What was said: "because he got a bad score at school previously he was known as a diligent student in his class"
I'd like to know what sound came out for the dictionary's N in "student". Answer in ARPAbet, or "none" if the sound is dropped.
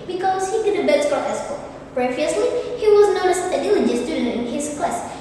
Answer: none